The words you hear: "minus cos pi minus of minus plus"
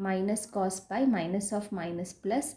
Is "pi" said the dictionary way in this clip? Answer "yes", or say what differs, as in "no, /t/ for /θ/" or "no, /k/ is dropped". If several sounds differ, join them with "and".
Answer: no, /b/ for /p/